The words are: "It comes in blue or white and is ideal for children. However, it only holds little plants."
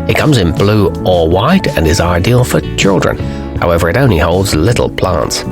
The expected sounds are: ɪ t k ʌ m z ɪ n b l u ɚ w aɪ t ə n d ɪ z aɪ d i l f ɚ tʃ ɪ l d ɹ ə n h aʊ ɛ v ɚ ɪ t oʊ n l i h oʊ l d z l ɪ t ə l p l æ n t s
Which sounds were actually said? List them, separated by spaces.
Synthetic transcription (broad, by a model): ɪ t k ʌ m z ɪ n b l u ɚ w aɪ t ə n ɪ z aɪ d i l f ɚ tʃ ɪ l d ɹ ə n h aʊ ɛ v ɚ ɪ t oʊ n l i h oʊ l d z l ɪ t l p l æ n t s